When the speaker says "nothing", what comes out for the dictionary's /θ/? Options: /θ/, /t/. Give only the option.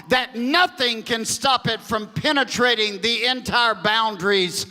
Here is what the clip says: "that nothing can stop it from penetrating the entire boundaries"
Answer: /θ/